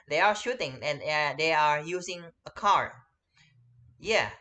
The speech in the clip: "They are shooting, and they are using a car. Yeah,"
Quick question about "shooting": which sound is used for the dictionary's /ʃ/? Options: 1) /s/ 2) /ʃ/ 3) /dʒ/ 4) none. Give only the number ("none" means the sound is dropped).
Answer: 2